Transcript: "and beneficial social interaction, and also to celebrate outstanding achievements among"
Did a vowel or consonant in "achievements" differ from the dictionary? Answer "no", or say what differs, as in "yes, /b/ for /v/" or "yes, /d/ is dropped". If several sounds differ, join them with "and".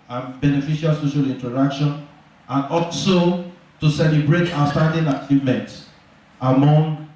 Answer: no